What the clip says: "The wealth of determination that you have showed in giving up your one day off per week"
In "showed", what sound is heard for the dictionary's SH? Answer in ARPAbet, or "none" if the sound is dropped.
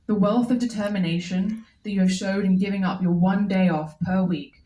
SH